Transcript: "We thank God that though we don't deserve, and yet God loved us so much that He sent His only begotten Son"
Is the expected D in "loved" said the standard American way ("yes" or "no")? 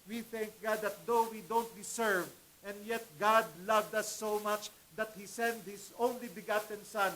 yes